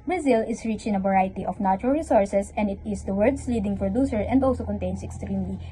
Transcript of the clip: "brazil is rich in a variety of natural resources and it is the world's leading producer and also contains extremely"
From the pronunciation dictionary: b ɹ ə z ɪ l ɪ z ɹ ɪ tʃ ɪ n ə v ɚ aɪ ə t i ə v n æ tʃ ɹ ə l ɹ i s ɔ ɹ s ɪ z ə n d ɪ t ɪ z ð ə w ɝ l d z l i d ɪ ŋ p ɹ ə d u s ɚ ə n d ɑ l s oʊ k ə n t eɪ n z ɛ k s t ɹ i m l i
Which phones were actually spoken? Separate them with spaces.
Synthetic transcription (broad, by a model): b ɹ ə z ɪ l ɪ s ɹ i tʃ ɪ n ə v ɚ aɪ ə t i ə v n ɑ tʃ ɹ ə l ɹ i s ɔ ɹ s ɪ s ə n d ɪ t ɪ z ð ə w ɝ d s l i d ɪ ŋ p ɹ ə d u s ɚ ə n d ɑ l s oʊ k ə n t eɪ n s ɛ k s t ɹ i m l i